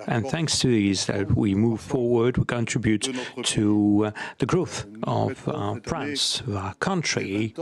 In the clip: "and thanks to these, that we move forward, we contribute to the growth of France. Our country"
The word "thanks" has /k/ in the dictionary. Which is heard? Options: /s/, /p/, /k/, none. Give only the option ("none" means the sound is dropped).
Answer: /k/